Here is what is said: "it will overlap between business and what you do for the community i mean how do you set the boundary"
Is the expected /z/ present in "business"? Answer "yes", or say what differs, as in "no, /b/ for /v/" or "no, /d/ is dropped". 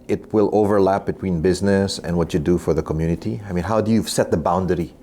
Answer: yes